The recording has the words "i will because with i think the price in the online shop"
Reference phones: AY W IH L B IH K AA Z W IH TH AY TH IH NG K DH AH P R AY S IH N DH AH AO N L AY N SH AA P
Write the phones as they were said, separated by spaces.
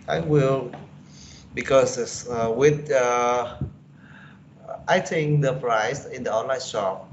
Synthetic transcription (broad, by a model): AY W IH L B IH K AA S W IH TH AY T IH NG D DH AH P R AY S IH N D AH AO N L AY N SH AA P